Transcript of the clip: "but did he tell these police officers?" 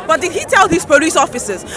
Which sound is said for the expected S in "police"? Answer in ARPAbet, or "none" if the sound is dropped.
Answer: S